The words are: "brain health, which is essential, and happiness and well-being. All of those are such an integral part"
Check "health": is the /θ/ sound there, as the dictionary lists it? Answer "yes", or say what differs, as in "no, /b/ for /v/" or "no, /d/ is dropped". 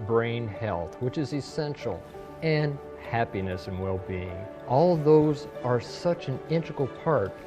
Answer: yes